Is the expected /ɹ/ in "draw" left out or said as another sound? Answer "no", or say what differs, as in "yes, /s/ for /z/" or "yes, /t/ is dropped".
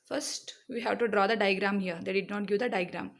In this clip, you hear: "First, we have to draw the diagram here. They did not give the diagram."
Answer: no